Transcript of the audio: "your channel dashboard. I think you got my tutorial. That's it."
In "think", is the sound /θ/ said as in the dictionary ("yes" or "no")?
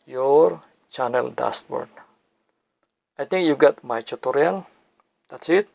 no